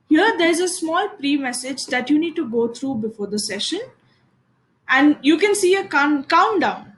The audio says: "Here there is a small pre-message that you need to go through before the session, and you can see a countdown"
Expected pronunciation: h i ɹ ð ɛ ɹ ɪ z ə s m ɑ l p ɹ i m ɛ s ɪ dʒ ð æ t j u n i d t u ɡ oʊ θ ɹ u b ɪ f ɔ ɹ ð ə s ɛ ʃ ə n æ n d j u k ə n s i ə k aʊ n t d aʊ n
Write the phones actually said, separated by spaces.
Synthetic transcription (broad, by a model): h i ɹ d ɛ ɹ ɪ z ə s m ɑ l p ɹ i m ɛ s ɪ dʒ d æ t j u n i d t u ɡ oʊ t ɹ u b ɪ f ɔ ɹ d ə s ɛ ʃ ə n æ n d j u k ə n s i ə k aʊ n d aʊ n